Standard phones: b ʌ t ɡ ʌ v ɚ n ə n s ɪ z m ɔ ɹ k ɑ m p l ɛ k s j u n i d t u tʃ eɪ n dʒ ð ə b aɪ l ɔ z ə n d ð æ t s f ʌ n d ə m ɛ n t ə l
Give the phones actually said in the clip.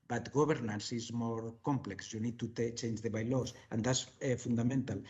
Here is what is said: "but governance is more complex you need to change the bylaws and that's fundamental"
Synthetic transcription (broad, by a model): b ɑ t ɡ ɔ b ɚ n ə n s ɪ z m ɔ ɹ k ɑ m p l ɛ k s j u n i d t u tʃ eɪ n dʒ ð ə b aɪ l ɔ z ə n d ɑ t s f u n d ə m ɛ n t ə l